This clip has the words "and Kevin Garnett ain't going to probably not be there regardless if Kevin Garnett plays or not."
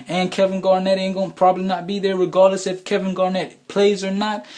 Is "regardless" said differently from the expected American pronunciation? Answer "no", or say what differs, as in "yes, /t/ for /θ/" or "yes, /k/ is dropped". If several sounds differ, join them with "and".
no